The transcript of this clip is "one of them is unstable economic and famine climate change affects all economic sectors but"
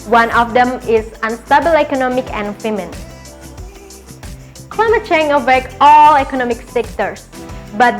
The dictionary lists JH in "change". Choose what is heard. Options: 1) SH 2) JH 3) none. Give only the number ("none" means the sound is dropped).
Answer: 3